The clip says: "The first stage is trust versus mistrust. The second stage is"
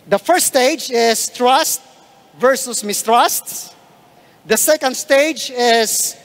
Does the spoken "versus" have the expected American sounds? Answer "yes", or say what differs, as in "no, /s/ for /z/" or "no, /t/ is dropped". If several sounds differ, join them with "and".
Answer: yes